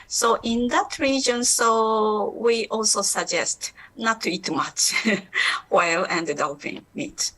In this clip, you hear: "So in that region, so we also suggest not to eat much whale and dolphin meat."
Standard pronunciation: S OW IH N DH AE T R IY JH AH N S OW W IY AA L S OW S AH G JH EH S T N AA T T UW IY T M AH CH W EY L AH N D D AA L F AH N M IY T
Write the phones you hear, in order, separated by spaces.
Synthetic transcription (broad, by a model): S OW IH N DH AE T R IY JH AH N S OW W IY AA L S OW S AH G JH EH S T N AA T T UW IY T M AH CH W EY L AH N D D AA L P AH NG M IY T